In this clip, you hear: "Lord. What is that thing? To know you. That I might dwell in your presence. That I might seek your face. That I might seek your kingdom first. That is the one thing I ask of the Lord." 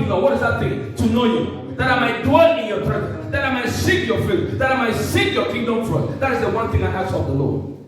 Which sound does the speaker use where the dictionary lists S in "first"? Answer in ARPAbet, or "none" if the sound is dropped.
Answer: none